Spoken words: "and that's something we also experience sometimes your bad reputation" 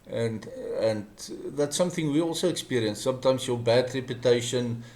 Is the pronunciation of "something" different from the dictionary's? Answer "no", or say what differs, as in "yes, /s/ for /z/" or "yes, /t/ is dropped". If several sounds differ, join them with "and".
no